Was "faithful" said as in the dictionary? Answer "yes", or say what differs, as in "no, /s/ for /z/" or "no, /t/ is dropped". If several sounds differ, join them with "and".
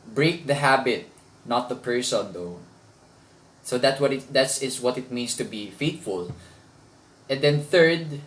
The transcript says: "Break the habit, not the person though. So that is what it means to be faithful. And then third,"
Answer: no, /t/ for /θ/